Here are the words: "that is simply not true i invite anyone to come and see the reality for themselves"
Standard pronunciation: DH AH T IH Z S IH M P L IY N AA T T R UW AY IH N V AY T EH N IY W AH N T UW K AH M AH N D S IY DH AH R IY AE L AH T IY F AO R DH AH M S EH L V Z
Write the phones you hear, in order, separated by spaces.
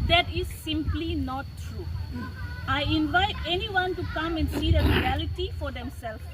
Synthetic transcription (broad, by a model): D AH T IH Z S IH M P L IY N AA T T R UW AY IH N V AY T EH N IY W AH N T UW K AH M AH N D S IY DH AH R IY AE L AH T IY F AO R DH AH M S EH L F